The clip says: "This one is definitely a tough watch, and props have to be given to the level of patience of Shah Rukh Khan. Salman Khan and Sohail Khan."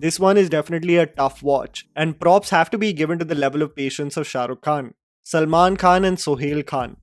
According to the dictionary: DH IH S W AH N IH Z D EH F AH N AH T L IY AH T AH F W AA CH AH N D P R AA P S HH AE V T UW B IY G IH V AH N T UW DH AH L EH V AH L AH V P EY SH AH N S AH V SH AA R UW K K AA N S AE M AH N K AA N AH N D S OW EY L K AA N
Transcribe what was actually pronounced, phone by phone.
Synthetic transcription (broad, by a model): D IH S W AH N IH Z D EH F AH N AH T L IY AH T AH F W AA CH AH N D P R AA P S HH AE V T UW B IY G IH V AH N T UW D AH L EH V AH L AH V P EY SH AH N S AH V SH AA R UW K K AA N S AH M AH N K AA N AH N D S OW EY L K AA N